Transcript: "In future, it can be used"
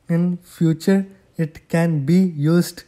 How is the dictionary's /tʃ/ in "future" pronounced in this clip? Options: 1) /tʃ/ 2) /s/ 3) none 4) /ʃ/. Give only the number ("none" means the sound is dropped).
1